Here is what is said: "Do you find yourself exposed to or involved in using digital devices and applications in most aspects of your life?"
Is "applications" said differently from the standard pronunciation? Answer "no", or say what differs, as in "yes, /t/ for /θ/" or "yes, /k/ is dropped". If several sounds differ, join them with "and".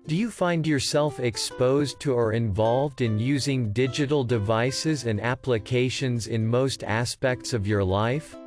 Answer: no